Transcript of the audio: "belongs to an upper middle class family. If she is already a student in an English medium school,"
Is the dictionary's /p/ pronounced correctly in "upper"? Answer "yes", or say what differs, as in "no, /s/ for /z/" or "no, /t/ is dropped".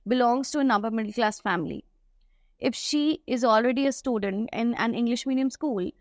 no, /b/ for /p/